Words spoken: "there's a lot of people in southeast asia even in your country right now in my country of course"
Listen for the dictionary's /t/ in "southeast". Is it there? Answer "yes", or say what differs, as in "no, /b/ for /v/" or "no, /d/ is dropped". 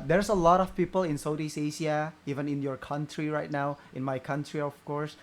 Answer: no, /t/ is dropped